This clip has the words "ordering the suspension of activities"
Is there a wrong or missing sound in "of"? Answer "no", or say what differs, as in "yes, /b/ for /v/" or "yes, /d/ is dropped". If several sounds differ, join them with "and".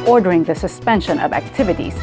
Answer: no